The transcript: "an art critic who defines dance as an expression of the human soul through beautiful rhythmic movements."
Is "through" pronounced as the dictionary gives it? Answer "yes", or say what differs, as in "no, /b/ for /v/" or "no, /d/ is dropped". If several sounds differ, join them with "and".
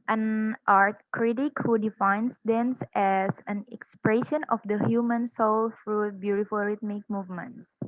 no, /f/ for /θ/